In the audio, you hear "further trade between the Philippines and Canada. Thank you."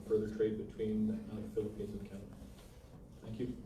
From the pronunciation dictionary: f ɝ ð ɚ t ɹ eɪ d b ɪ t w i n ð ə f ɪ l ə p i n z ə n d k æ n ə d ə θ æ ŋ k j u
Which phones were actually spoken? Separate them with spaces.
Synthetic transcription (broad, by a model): f ɝ ð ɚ t ɹ eɪ d b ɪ t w i n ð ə f ɪ l ə p i n z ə n k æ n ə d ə θ æ ŋ k j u